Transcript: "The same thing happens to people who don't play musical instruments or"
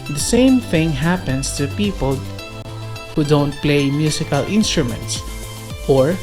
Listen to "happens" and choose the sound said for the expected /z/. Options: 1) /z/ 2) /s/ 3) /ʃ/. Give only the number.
2